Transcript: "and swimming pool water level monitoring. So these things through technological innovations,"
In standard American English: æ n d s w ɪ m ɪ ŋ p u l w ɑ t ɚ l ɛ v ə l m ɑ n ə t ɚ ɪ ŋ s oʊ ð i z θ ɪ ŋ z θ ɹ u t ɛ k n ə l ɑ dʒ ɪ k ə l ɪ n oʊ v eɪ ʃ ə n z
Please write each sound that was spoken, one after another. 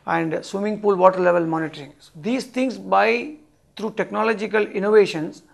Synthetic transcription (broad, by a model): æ n d s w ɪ m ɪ ŋ p u l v ɑ t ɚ l ɛ v ə l m ɑ n ə t ɚ ɪ ŋ s oʊ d i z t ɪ ŋ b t ɹ u t ɛ k n ə l ɑ dʒ ɪ k ə l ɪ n oʊ v eɪ ʃ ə n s